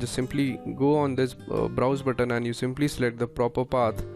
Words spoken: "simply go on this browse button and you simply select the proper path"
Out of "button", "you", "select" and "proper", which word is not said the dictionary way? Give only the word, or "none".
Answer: select